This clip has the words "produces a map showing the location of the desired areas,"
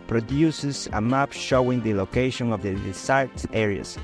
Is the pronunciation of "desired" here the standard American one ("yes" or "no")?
no